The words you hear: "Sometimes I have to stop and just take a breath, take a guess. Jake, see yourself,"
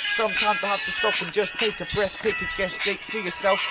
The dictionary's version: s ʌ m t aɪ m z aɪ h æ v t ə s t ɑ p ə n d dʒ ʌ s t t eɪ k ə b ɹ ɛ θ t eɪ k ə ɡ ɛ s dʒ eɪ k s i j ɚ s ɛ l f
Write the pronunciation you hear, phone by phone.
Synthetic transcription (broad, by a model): s ʌ m t aɪ m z aɪ h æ f t ə s t ɑ p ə n dʒ ʌ s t t eɪ k ə b ɹ ɛ θ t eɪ k ə ɡ ɛ s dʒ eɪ k s i j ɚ s ɛ l f